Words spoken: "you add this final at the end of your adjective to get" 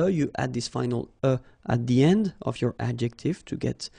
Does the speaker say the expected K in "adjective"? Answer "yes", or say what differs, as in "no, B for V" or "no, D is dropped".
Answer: yes